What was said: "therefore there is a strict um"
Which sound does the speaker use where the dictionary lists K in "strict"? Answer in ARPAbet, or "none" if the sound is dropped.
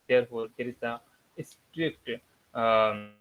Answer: K